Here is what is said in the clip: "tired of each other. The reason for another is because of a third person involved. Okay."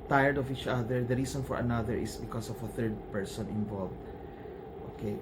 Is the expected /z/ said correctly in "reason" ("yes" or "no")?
no